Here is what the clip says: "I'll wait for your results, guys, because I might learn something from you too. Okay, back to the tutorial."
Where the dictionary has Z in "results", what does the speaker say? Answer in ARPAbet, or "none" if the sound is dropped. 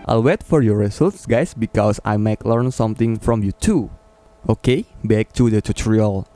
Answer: S